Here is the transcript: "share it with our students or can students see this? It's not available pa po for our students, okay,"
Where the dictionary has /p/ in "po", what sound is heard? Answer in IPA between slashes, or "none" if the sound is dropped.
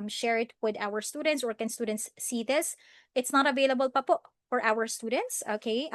/p/